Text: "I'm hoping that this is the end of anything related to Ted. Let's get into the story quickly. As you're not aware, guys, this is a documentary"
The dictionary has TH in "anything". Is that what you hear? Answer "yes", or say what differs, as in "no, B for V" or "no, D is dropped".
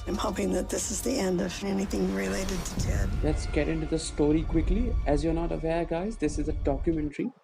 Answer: yes